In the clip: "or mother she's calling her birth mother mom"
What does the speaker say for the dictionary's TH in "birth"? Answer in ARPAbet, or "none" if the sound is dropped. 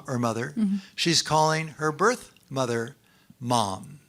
TH